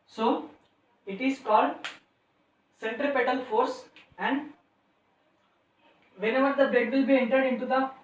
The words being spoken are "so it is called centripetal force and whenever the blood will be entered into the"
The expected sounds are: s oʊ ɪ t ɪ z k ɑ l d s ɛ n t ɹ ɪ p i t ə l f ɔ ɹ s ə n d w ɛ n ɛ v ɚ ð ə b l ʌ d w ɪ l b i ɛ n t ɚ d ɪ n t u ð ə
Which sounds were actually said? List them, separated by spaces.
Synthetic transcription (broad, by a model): s oʊ ɪ t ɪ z k ɑ l d s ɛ n t ɹ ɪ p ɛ t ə l f ɔ ɹ s ə n d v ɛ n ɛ v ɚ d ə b ɛ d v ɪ l b i ɛ n t ɚ d ɪ n t u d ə